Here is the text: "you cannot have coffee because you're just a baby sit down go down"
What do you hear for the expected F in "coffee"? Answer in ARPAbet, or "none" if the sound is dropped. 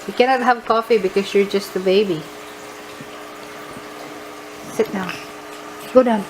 F